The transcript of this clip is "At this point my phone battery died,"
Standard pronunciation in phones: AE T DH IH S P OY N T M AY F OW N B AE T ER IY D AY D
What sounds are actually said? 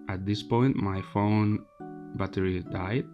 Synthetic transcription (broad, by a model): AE T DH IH S P OY N T M AY F OW N B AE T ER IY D AY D